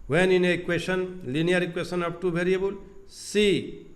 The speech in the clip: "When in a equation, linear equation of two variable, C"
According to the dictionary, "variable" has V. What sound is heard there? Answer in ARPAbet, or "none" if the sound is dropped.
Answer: B